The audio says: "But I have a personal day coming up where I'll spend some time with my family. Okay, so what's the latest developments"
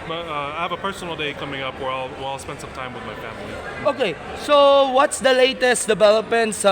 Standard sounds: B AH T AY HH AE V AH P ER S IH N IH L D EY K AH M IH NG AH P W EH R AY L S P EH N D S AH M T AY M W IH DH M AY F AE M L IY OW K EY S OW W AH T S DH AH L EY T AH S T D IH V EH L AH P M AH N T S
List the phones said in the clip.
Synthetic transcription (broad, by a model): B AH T AY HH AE V AH P ER S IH N L D EY K AH M IH NG AH P W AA W AY L S P EH N D S AH M T AY M W IH DH M AY F AE M L IY OW K EY S OW W AH T S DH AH L EY T AH S T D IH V EH L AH P M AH N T S